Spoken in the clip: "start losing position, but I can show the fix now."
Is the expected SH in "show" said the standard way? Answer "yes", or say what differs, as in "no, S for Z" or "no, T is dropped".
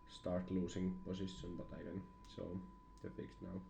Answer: no, S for SH